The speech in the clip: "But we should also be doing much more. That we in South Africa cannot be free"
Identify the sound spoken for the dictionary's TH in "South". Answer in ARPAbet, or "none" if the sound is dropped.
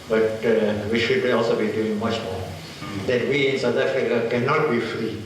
T